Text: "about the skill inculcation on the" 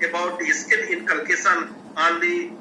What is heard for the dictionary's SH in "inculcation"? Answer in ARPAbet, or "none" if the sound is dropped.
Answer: S